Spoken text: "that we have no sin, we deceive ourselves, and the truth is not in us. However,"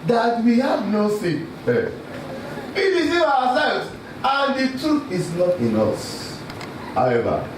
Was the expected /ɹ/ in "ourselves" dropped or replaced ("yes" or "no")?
yes